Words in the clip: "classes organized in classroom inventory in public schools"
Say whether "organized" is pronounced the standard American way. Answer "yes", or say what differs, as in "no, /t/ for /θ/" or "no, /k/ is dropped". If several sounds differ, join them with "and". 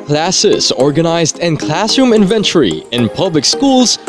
yes